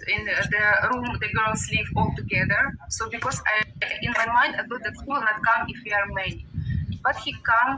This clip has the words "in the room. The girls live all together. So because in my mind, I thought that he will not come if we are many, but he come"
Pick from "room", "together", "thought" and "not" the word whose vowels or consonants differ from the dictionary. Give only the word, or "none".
thought